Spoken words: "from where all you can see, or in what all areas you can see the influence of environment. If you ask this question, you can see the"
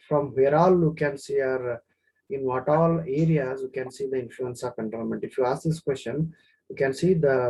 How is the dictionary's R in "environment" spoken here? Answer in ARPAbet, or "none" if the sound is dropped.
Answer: none